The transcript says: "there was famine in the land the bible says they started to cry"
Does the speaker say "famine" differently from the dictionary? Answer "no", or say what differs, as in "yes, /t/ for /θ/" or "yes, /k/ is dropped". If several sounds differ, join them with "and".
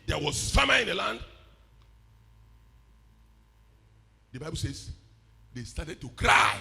yes, /n/ is dropped